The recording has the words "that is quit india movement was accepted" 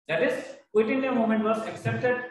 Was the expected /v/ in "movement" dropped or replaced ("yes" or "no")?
yes